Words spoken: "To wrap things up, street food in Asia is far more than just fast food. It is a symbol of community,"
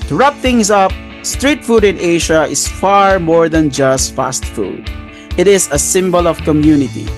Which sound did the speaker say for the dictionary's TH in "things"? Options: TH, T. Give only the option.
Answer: T